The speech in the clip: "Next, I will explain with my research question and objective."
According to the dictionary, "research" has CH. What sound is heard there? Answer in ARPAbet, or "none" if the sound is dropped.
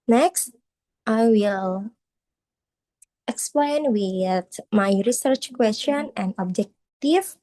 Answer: CH